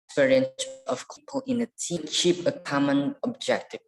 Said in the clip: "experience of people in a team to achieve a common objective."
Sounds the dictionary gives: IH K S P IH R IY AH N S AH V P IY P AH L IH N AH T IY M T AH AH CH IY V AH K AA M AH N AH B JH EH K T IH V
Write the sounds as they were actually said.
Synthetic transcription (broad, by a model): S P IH R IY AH N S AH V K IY P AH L IH N AH T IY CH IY P AH K AA M AH N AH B JH EH K T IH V